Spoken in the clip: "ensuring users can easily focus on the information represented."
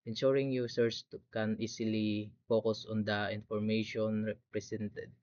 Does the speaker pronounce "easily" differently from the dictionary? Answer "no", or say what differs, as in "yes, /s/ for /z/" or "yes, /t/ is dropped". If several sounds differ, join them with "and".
yes, /s/ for /z/